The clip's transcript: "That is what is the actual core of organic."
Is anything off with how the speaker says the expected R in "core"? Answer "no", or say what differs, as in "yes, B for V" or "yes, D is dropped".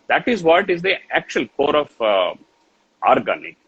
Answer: no